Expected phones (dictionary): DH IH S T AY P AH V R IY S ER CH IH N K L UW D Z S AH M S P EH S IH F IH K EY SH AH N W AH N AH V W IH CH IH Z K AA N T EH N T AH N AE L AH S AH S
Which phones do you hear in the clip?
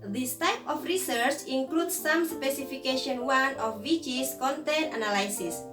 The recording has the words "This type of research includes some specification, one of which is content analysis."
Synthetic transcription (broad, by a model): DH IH S T AY P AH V R IY S ER CH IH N K L UW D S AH M S P EH S IH F IH K EY SH AH N W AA N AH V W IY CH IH S K AA N T EH N T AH N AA L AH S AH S